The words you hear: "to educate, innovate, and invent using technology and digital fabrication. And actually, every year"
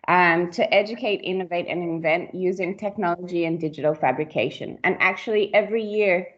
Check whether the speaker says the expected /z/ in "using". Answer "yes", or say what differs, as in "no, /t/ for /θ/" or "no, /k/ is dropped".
yes